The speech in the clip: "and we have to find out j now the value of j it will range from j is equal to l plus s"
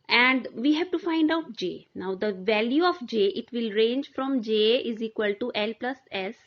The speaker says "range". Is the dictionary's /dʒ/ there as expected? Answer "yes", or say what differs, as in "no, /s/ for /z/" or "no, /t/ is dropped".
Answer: yes